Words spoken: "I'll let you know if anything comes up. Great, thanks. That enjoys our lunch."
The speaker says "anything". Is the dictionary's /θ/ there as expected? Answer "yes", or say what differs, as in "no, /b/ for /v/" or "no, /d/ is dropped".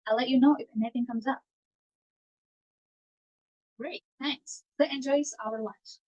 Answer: yes